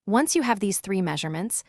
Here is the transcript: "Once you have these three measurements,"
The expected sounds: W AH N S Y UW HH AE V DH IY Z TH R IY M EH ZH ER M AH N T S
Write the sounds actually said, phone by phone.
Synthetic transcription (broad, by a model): W AH N S Y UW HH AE V DH IY Z TH R IY M EH ZH ER M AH N T S